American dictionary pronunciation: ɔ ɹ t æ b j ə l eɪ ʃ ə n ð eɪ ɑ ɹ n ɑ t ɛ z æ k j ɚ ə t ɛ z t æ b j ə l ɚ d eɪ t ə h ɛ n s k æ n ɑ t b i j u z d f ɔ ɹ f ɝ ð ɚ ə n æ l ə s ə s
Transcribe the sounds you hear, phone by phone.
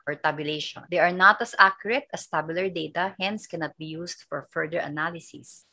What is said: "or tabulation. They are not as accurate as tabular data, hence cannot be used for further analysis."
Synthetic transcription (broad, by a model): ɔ ɹ t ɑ b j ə l eɪ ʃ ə n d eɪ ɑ ɹ n ɑ t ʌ s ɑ k j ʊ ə t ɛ s t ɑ b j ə l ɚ d eɪ t ə h ɛ n s k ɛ n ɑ t b i j u s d f ɔ ɹ f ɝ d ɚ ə n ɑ l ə s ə s